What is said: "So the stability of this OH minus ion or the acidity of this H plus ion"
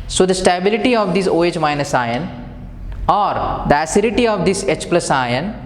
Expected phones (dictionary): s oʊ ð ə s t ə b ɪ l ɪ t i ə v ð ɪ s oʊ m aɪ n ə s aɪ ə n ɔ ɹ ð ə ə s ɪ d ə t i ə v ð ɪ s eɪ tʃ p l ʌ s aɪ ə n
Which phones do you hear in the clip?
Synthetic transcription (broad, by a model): s oʊ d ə s t ə b ɪ l ɪ t i ə v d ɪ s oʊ m aɪ n ə s aɪ ə n ɔ ɹ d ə ə s ɪ d ə t i ə v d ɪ s eɪ tʃ p l ʌ s aɪ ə n